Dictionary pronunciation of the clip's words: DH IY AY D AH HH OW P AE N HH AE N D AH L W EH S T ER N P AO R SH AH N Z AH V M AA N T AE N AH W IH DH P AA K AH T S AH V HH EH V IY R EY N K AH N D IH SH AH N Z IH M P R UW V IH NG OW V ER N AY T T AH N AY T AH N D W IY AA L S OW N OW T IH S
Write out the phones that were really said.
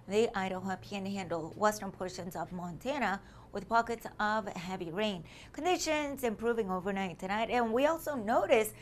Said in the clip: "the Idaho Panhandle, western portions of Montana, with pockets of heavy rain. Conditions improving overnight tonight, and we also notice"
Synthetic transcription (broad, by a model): DH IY AY D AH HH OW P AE N HH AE N D L W EH S T ER N P AO R SH AH N Z AH V M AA N T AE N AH W IH DH P AA K AH T S AH V HH EH V IY R EY N K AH N D IH SH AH N Z IH M P R UW V IH NG OW V ER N AY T T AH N AY T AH N W IY AA L S OW N OW T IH S